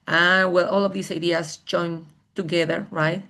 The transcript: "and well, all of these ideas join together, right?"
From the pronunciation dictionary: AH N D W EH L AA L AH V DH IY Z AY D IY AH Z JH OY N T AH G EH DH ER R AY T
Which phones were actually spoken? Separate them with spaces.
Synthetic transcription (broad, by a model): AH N W EH L AA L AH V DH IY S AY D IY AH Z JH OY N T AH G EH DH ER R AY T